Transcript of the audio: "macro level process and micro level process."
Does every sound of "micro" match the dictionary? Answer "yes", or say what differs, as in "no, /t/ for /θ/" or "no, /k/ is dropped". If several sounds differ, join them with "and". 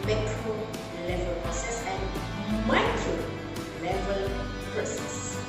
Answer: no, /ɹ/ is dropped